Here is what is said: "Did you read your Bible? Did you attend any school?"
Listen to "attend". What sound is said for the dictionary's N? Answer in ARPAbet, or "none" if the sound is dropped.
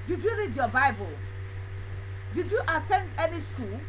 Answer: N